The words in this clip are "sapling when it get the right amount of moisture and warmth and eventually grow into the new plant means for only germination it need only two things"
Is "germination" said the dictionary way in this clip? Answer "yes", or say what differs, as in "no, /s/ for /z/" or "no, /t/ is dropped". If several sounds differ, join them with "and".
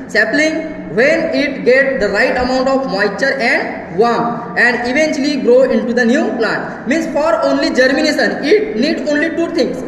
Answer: no, /s/ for /ʃ/